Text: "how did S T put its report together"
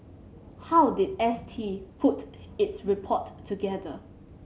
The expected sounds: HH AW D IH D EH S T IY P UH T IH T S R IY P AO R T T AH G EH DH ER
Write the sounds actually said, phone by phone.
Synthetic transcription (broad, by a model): HH AW D IH D EH S T IY P UH T IH T S R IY P AO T T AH G EH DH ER